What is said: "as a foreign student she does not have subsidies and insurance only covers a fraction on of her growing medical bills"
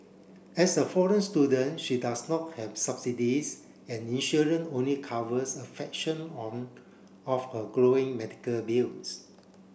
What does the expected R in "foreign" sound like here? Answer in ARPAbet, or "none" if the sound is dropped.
R